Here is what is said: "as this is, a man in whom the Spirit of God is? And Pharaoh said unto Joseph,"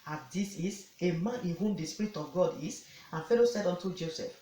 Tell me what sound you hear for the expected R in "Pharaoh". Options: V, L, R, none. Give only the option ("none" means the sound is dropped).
L